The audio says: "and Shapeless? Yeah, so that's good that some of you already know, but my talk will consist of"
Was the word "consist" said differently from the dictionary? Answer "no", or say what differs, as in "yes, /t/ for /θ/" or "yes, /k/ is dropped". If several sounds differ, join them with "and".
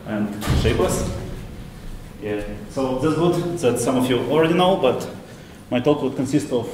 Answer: no